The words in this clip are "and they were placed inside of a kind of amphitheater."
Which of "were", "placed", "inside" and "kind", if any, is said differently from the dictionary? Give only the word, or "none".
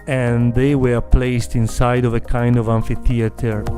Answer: none